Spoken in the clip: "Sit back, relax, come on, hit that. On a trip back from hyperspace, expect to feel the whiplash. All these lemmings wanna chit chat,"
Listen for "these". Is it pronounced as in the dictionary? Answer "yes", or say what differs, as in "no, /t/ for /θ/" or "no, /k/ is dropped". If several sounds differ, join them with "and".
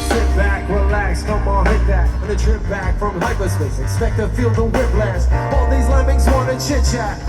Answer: yes